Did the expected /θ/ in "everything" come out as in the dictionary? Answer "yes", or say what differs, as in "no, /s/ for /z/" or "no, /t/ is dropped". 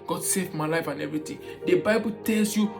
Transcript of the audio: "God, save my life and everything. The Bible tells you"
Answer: no, /t/ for /θ/